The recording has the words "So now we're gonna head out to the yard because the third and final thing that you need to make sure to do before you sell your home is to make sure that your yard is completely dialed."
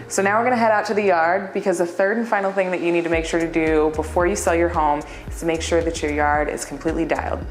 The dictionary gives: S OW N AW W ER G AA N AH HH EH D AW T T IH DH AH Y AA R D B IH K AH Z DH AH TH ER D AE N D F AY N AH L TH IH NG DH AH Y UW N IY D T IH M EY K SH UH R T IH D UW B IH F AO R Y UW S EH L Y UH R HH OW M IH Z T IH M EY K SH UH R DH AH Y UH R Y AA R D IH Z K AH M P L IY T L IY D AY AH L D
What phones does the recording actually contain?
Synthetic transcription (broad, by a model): S OW N AW W ER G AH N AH HH EH D AW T T IH DH AH Y AA R D B IH K AH Z DH AH TH ER D N F AY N L TH IH NG DH AH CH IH N IY D T IH M EY K SH UH R T IH D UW B IH F AO R Y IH S EH L Y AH R HH OW M IH Z T IH M EY K SH UH R DH AH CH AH R Y AA R D IH Z K M P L IY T L IY D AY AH L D